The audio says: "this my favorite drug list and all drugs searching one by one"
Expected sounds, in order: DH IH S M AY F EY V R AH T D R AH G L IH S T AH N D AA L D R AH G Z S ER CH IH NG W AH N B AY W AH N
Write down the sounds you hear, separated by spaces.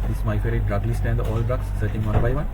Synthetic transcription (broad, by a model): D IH S M AY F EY R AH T D R AH G L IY S T AH N D AA L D R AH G S ER CH IH NG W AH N B AY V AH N